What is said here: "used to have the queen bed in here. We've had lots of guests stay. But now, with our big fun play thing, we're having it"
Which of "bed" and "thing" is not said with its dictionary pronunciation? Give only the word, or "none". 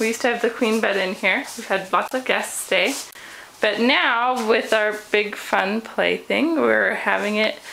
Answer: none